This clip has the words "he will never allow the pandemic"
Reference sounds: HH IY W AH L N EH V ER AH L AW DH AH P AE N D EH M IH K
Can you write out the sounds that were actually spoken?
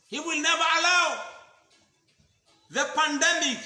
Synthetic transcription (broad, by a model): HH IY W AH L N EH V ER AH L AW DH AH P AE N D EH M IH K